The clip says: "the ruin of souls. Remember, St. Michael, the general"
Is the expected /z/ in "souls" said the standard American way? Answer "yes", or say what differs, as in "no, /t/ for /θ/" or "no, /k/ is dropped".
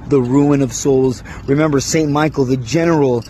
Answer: yes